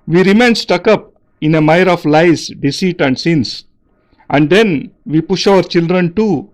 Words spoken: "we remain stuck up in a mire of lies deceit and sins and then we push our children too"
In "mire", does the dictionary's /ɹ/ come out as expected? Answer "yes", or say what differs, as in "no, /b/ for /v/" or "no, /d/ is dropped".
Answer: yes